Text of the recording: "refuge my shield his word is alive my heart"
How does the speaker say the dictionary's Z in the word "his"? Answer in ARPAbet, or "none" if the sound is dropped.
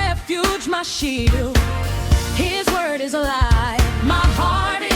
Z